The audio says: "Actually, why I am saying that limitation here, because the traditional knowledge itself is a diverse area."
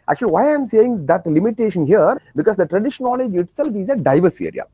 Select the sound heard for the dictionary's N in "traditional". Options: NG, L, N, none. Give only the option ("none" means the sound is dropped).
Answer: none